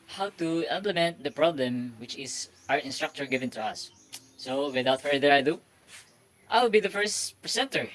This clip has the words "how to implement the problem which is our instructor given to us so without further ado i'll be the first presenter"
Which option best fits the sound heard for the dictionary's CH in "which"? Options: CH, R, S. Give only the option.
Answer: CH